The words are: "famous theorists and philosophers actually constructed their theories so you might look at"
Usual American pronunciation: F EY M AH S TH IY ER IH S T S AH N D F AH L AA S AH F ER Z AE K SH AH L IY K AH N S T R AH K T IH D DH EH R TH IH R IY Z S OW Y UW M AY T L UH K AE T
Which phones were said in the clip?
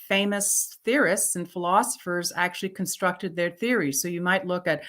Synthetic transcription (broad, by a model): F EY M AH S TH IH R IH S T S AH N F AH L AA S AH F ER Z AE K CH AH L IY K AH N S T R AH K T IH D DH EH R TH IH R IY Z S OW Y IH M AY T L UH K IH T